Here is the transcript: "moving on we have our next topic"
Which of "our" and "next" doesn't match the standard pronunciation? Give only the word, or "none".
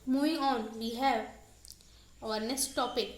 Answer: next